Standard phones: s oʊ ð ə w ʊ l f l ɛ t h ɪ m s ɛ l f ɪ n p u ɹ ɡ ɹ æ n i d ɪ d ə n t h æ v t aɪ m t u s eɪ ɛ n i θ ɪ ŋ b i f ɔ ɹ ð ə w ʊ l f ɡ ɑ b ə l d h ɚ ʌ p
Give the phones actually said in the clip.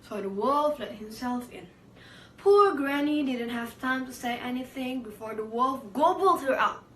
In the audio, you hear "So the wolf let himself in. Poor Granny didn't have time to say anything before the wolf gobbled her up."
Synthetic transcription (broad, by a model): s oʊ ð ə w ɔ l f l ɛ t h ɪ m s ɛ l f ɪ n p u ɹ ɡ ɹ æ n i d ɪ d ə n t h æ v t aɪ m t u s eɪ ɛ n i θ ɪ ŋ b i f ɔ ɹ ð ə w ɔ l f ɡ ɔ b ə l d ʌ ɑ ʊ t